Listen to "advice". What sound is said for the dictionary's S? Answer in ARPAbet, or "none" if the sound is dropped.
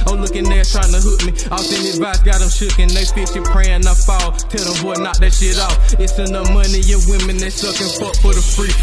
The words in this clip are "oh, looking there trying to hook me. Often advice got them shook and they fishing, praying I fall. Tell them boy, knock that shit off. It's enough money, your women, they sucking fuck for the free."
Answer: none